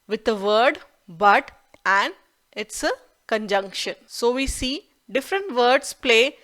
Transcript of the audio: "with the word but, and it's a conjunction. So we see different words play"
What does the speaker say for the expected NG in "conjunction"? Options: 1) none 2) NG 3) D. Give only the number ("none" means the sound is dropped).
2